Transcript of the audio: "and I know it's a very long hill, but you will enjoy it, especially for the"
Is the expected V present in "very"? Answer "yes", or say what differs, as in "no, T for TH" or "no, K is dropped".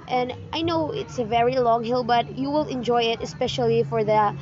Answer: yes